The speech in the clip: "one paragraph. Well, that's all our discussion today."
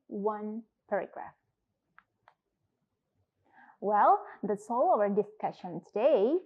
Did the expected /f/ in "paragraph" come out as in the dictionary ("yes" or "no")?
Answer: yes